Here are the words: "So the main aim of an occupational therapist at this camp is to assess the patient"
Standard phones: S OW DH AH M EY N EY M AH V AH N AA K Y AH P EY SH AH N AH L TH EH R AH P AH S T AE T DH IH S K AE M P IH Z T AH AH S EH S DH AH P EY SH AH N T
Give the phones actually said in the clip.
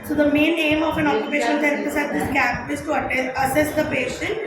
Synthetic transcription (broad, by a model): S OW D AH M EY N EY M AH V AH N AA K Y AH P EY SH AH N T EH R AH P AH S AE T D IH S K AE P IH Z T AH AH S EH S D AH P EY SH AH N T